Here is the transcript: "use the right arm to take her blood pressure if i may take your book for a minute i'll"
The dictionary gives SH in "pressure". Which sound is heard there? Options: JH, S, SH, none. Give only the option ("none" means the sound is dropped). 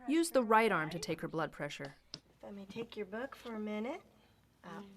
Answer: SH